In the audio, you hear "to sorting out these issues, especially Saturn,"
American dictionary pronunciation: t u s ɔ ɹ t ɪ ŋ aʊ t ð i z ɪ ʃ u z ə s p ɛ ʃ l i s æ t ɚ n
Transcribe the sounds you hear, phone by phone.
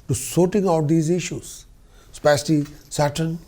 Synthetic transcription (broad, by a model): t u s ɔ ɹ t ɪ ŋ aʊ t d i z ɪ ʃ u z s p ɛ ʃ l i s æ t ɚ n